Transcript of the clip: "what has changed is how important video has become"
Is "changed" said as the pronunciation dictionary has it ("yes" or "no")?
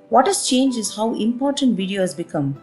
no